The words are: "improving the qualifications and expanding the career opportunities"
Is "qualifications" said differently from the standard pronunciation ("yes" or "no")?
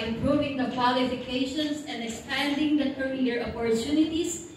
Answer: yes